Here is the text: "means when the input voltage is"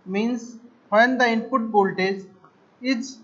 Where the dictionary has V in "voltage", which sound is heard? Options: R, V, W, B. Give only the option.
B